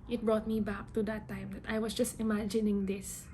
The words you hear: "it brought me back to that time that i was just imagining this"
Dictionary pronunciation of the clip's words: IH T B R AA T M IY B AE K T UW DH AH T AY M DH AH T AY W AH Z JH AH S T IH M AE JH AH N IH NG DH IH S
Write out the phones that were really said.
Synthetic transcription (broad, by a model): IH T B R AA T M IY B AE K T UW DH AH T AY M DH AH T AY W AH S JH AH S T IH M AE JH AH N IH NG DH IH S